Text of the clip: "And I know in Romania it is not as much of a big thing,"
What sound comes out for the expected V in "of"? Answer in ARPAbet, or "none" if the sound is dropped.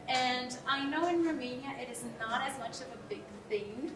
V